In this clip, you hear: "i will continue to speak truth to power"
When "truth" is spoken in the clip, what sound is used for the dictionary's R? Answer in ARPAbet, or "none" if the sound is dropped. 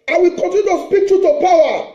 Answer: none